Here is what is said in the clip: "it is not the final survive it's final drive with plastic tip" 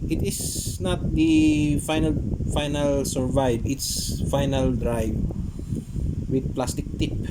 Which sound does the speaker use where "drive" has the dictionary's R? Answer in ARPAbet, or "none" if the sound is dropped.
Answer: R